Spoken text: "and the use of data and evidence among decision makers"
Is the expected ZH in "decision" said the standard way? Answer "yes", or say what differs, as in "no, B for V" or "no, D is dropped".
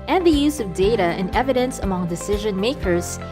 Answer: yes